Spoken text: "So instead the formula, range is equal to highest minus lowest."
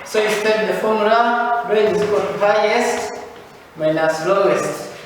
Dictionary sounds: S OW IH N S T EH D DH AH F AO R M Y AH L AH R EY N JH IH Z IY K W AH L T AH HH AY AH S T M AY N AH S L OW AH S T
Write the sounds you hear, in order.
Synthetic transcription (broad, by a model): S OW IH S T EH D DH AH F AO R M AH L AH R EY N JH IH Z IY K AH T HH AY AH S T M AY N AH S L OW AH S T